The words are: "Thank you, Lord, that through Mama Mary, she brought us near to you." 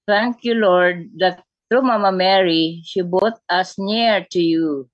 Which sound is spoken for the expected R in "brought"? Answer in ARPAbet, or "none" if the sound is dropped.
none